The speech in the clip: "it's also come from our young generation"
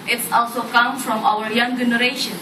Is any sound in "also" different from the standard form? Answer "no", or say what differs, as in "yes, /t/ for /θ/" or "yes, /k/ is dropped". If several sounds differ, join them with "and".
no